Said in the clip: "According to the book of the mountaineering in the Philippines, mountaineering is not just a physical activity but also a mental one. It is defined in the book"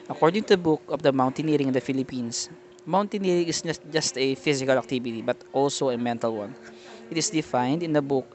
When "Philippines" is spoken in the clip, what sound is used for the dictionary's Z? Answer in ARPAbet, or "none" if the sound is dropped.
S